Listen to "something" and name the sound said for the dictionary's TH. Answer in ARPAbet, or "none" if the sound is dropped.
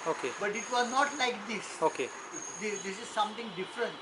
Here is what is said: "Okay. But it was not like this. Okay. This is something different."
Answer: T